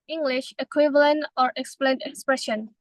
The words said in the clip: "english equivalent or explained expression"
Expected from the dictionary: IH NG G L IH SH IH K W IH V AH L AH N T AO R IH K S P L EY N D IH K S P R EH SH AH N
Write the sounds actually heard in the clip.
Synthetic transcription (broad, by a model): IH NG G L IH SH IH K W IH V AH L AH N T AO R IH K S P L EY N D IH K S P R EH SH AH N